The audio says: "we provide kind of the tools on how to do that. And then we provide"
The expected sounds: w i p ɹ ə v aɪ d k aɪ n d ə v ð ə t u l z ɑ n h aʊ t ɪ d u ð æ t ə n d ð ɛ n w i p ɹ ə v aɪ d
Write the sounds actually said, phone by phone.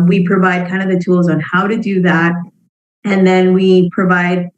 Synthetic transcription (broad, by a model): w i p ɹ ə v aɪ d k aɪ n d ə v ð ə t u l z n h aʊ t ɪ d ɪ ð æ t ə n ð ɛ n w i p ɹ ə v aɪ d